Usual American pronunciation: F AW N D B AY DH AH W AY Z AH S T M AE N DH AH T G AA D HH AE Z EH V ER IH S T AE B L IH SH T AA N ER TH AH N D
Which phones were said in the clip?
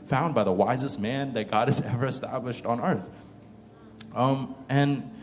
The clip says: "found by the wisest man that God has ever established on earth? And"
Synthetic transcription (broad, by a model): F AW N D B AY DH AH W AY Z AH S T M AE N DH AH T G AA D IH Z EH V ER IH S T AE B L IH SH T N ER TH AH N